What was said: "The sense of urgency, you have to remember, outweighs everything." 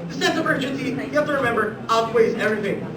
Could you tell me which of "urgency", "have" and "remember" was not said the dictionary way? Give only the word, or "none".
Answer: have